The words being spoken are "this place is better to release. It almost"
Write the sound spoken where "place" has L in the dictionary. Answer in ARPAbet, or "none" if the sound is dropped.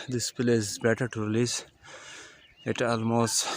none